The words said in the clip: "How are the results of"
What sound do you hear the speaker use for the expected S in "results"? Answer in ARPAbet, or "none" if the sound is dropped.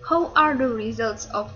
S